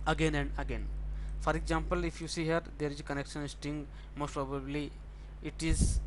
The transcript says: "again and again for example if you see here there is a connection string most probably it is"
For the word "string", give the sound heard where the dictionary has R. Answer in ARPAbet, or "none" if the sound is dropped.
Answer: none